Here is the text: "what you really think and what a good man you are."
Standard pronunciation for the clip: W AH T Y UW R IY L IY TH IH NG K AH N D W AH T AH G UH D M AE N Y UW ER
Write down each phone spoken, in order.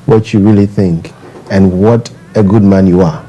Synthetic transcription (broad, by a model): W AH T Y UW R IY L IY TH IH NG K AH N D W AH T AH G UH D M AE N Y UW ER